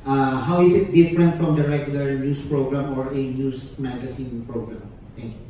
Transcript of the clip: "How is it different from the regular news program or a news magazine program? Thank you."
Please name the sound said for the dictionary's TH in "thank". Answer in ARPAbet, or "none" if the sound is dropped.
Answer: T